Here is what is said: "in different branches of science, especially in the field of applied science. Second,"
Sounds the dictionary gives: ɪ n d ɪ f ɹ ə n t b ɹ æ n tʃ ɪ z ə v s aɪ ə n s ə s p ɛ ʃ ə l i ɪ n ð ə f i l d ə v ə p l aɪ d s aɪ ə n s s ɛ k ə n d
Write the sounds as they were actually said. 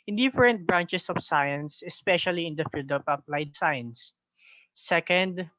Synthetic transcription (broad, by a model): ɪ n d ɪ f ɹ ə n t b ɹ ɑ n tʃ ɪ s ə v s aɪ ə n s ə s p ɛ ʃ ə l i ɪ n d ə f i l d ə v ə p l aɪ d s aɪ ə n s s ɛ k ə n d